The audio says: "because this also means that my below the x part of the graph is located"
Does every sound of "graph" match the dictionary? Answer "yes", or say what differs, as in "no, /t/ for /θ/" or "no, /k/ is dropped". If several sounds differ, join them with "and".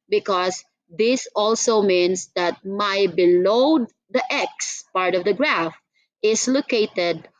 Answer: yes